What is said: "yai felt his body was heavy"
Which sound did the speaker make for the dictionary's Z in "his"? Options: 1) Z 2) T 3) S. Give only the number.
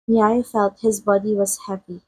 1